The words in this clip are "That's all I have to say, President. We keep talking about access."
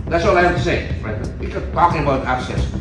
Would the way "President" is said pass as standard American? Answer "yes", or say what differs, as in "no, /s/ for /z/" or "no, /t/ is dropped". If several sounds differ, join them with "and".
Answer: no, /n/ is dropped